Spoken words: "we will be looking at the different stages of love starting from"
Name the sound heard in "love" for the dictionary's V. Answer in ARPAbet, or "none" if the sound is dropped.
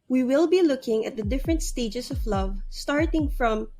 V